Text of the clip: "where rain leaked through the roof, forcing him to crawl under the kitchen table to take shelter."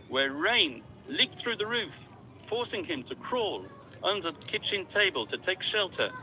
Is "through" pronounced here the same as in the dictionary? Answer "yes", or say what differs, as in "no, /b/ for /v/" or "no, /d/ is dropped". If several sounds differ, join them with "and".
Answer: yes